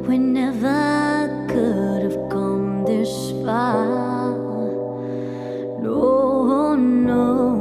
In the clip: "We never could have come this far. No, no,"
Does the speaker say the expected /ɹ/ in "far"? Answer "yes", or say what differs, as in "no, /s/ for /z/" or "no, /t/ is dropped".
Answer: no, /l/ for /ɹ/